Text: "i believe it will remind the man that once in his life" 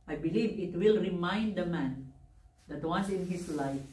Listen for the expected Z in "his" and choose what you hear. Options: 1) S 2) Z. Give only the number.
1